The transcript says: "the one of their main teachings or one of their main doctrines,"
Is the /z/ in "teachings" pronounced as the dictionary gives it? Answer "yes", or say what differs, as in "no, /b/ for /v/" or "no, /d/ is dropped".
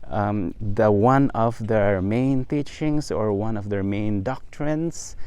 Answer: no, /s/ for /z/